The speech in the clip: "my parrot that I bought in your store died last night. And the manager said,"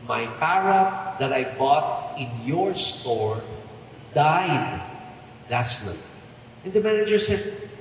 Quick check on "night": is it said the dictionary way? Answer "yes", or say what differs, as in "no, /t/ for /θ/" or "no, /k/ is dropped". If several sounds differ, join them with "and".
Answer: no, /l/ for /n/